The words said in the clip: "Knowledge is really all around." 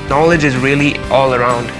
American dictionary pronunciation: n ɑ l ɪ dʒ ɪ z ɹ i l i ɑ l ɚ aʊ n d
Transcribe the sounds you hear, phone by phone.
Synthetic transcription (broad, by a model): n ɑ l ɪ dʒ ɪ z ɹ i l i ɑ l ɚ aʊ n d